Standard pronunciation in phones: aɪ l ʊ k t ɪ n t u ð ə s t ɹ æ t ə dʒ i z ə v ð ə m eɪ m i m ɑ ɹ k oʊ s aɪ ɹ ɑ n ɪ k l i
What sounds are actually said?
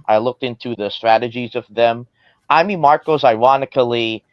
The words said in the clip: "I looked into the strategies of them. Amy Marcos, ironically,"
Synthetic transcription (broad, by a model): aɪ l ʊ k t ɪ n t u ð ə s t ɹ æ t ə dʒ i z ə v ð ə m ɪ m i m ɑ ɹ k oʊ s aɪ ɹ ɑ n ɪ k l i